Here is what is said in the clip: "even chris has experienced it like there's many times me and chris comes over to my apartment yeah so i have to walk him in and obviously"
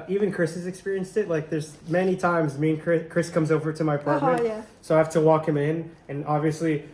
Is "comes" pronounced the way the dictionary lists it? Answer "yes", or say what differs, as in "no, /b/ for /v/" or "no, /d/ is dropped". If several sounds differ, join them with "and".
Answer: yes